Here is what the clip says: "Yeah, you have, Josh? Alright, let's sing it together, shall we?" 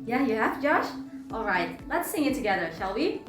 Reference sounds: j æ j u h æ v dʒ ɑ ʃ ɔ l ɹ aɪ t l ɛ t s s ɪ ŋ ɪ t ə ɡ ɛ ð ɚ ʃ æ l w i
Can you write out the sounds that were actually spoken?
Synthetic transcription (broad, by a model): j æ j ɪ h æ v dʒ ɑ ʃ ɔ l ɹ aɪ t l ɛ t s s ɪ ŋ ɪ t ə ɡ ɛ ð ɚ ʃ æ l w i